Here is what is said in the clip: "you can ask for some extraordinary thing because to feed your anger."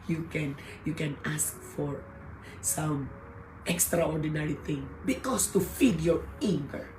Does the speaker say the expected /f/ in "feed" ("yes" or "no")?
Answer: yes